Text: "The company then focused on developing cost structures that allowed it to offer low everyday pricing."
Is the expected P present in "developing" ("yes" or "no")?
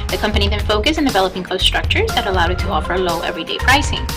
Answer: yes